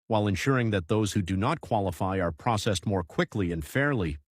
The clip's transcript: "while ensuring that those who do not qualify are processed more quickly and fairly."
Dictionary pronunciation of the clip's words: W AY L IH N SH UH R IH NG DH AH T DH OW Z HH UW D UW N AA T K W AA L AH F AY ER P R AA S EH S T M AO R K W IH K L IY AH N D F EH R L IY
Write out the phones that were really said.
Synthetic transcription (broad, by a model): W AY L IH N SH UH R IH NG DH AH T DH OW Z HH UW D UW N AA T K W AA L AH F AY ER P R AA S EH S T M AO R K W IH K L IY AH N D F EH R L IY